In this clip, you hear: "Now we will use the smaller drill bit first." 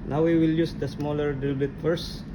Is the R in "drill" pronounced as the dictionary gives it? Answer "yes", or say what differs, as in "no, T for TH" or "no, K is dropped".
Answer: no, R is dropped